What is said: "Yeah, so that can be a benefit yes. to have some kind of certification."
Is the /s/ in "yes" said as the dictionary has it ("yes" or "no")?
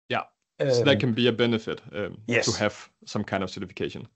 no